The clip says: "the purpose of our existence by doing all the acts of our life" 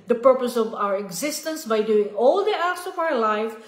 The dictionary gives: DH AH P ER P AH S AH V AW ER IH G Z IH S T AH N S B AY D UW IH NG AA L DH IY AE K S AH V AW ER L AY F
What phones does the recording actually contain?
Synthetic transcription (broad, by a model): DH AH P ER P AH S AH V AW ER IH G Z IH S T AH N S B AY D UW IH NG AA L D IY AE S AH V AW ER L AY F